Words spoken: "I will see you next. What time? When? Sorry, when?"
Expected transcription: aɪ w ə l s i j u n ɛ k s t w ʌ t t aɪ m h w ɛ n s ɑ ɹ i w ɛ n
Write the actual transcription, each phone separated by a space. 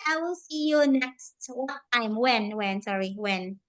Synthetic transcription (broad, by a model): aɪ w ə l s i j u n ɛ k s t w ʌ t t aɪ m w w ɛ n s ɑ ɹ i w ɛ n